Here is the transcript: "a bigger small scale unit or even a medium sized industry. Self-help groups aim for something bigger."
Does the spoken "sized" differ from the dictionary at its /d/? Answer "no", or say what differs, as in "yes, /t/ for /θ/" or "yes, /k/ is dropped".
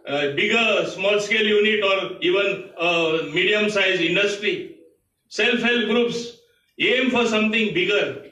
yes, /d/ is dropped